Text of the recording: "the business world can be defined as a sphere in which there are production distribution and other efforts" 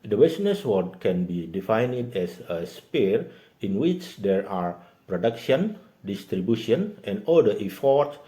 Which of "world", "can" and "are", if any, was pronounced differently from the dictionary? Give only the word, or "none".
world